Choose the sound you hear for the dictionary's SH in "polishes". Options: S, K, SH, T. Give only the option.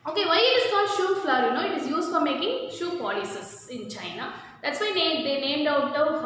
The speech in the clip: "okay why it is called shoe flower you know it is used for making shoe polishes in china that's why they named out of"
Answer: S